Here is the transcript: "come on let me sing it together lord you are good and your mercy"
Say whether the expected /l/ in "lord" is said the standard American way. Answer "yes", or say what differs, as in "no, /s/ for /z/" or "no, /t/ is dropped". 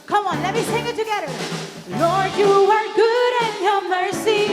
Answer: no, /n/ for /l/